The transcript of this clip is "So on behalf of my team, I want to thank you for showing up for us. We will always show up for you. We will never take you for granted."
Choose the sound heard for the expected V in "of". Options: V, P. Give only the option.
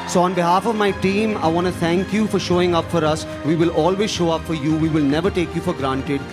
V